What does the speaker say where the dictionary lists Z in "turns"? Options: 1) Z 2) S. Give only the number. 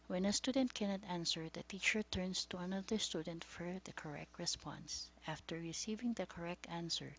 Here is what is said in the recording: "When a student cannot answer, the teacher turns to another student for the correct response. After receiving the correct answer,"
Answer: 2